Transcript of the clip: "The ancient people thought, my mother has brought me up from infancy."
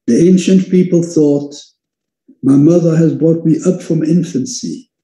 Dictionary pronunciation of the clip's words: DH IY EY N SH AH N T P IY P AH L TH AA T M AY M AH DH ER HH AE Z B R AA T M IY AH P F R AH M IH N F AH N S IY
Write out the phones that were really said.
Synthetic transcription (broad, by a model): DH IY EY N SH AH N P IY P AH L TH AA T M AY M AH DH ER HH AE Z B R AA T M IY AH P F R AH M IH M F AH N S IY